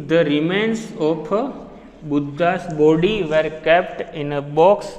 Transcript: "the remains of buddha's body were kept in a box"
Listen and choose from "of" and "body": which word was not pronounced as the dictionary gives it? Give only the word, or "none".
of